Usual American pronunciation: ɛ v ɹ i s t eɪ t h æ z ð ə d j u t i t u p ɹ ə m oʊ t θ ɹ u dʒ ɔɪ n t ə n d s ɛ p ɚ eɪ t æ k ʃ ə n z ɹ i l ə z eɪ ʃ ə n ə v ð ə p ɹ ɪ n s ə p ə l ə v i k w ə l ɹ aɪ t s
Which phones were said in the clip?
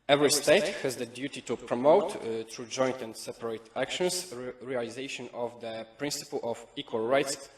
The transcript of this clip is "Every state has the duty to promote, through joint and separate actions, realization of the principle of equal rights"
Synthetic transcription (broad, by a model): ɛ v ɹ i s t eɪ t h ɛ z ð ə d j u t i t u p ɹ ə m oʊ t t ɹ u dʒ ɔɪ n t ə n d s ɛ p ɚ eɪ t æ k ʃ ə n s ɹ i l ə z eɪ ʃ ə n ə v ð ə p ɹ ɪ n s ə p ə l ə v i k w ə l ɹ aɪ t s